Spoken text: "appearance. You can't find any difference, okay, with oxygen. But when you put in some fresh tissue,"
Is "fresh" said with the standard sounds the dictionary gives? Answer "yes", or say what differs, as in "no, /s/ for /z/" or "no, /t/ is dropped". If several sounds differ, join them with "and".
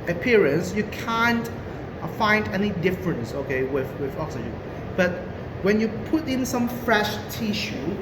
yes